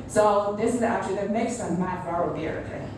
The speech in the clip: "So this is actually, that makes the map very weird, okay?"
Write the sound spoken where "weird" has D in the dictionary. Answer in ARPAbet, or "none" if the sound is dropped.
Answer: none